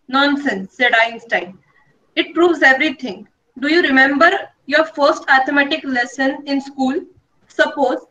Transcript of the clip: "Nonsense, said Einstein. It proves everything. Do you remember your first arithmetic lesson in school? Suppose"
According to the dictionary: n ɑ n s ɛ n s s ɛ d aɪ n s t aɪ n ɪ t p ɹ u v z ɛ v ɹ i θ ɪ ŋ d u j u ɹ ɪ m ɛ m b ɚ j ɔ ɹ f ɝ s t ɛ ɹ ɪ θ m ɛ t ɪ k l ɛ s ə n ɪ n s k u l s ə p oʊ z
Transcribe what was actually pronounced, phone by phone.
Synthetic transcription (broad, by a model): n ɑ n s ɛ n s s ɛ d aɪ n s t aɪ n ɪ t p ɹ u v z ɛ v ɹ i t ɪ ŋ d u j u ɹ ɪ m ɛ m b ɚ j ɔ ɹ f ɝ s t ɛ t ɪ m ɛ t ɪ k l ɛ s ə n ɪ n s k u l s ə p oʊ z